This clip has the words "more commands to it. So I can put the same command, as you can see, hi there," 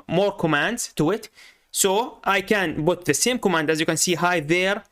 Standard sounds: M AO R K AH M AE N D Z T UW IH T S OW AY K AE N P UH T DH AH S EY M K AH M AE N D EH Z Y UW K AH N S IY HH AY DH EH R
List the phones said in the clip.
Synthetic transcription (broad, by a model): M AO R K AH M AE N D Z T UW IH T S OW AY K AE N B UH T DH AH S EY M K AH M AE N D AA Z Y UW K AH N S IY HH AY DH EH R